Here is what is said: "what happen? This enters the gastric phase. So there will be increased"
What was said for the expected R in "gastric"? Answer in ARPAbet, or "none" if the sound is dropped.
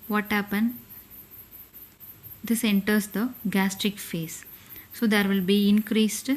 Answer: R